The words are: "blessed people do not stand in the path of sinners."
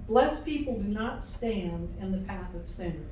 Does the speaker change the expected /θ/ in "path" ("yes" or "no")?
no